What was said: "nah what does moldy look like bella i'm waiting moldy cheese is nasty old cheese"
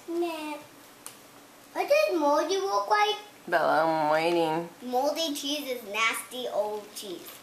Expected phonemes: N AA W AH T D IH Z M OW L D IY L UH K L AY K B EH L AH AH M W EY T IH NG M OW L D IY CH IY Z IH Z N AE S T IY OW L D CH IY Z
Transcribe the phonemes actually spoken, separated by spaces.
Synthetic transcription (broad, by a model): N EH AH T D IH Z M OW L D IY W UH K W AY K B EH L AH AH M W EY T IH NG M OW L D IY CH IY Z IH Z N AE S T IY OW L D CH IY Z